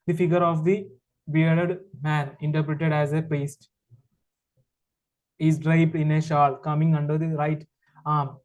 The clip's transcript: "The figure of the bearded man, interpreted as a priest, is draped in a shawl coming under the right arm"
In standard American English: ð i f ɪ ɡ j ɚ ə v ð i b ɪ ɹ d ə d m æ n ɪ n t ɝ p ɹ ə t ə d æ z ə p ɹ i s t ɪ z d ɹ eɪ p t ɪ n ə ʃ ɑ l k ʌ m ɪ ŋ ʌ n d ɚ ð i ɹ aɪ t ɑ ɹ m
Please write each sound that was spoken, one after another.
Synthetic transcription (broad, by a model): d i f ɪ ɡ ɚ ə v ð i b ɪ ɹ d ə d m æ n ɪ n t ɝ p ɹ ə t ə d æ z ə p ɛ s t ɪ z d ɹ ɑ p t ɪ n ə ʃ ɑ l k ʌ m ɪ ŋ ʌ n d ɚ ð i ɹ aɪ t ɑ ɹ m